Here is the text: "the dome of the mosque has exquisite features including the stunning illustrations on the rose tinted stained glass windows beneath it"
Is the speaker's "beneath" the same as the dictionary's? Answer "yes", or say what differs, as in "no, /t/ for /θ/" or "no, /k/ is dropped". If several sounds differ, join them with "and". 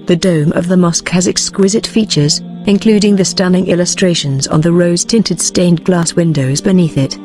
yes